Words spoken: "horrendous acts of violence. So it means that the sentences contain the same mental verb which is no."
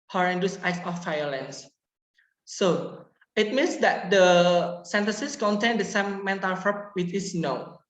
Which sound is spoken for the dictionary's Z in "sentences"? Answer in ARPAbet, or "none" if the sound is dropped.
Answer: S